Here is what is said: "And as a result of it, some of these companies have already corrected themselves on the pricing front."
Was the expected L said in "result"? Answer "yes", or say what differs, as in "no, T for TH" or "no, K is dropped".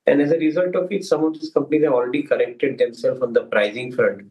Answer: yes